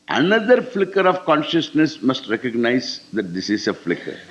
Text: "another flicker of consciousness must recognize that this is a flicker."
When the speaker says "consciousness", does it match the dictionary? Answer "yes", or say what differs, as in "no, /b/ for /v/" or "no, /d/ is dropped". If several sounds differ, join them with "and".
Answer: yes